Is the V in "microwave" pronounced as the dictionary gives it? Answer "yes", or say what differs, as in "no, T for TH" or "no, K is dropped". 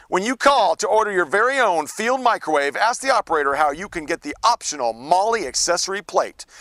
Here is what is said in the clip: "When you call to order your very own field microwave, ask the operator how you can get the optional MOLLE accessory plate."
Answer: yes